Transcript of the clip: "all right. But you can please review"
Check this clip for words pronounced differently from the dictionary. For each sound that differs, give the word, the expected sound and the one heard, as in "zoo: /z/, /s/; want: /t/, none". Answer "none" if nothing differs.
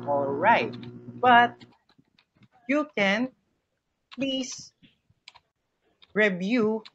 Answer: please: /z/, /s/